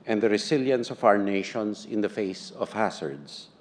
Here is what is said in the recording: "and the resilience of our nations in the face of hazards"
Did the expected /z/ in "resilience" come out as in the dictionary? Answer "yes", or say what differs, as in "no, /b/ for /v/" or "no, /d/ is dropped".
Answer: no, /s/ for /z/